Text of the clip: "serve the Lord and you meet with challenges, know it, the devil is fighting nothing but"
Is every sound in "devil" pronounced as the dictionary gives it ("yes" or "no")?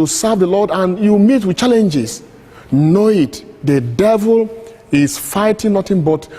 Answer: yes